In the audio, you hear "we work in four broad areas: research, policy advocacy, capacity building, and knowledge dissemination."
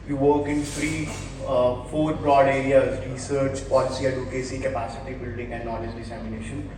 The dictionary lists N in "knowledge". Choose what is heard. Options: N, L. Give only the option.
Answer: L